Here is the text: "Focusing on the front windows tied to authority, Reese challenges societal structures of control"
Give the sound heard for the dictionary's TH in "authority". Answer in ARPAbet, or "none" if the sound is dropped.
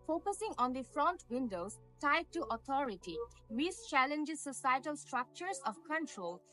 T